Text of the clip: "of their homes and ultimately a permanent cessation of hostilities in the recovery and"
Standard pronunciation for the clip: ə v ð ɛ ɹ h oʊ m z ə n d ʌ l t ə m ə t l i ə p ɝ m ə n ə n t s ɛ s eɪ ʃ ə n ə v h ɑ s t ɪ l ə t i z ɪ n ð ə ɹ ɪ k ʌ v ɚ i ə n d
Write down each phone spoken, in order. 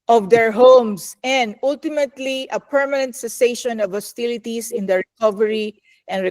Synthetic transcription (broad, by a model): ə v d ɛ ɹ h oʊ m s ə n d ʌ l t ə m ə t l i ə p ɝ m ə n ə n t s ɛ s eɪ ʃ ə n ə v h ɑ s t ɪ l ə t i s ɪ n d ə ɹ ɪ k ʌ v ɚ i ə n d